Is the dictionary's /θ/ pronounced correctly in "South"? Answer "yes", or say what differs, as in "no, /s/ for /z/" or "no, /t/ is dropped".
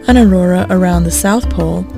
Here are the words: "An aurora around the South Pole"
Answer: yes